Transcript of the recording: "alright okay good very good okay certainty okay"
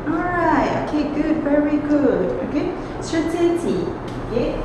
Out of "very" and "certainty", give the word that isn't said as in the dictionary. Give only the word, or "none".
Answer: certainty